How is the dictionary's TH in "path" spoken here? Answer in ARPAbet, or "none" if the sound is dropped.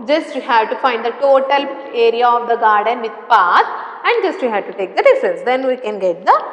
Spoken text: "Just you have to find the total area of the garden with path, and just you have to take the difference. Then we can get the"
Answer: S